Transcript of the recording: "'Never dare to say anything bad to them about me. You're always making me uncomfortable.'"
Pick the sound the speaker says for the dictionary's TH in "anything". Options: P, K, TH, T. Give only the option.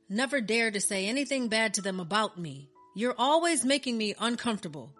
TH